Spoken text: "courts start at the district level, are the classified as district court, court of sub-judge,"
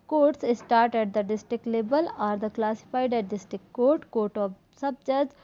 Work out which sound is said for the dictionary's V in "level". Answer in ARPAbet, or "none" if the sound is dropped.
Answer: B